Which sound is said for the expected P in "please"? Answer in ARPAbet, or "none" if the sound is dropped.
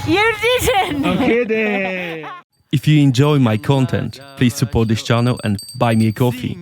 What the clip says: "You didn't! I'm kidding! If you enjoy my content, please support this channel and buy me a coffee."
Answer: P